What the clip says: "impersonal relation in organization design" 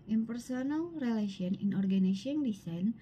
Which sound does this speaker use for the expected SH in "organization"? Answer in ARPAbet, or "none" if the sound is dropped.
none